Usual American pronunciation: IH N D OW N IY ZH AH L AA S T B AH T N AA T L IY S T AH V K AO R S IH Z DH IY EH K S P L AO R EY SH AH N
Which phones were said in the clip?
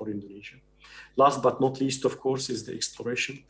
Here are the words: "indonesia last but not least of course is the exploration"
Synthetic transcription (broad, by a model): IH N D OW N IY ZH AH L AA S T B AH T N AA T L IY S T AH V K AO R S IH Z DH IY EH K S P L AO R EY SH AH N